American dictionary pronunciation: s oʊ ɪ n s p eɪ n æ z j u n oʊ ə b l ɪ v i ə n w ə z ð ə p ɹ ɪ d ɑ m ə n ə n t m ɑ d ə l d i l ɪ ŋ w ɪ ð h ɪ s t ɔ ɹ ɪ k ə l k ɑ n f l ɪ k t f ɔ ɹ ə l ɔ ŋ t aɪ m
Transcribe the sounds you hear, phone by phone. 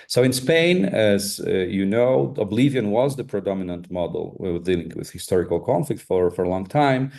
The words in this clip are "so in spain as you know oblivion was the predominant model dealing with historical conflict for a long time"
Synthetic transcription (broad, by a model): s oʊ ɪ n s p eɪ n æ z j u n oʊ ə b l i v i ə n w ə z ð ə p ɹ ɪ d ɑ m ə n ə n t m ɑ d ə w d i l ɪ ŋ w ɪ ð h ɪ s t ɔ ɹ ɪ k ə l k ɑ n f l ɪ k t f ɔ ɹ ə l ɔ ŋ t aɪ m